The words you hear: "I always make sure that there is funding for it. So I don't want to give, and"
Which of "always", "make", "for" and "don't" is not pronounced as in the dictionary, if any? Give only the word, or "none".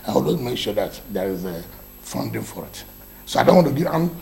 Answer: always